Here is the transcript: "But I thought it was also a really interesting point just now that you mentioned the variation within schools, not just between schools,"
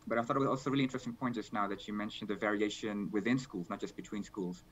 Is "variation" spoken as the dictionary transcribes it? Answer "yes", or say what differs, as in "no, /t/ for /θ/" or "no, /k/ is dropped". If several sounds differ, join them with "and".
yes